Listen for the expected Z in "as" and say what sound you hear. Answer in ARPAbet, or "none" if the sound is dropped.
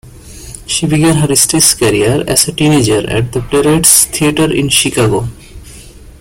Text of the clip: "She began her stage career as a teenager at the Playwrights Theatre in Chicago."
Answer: S